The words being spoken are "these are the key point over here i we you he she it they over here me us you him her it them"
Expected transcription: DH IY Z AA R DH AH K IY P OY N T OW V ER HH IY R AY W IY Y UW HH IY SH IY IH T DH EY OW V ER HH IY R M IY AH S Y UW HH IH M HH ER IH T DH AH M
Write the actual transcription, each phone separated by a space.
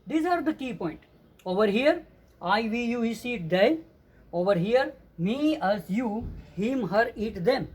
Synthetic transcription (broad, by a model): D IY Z AA R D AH K IY P OY N T OW V ER HH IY R AY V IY Y UW HH IY S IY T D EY OW V ER HH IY R M IY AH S Y UW HH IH M HH ER IH T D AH M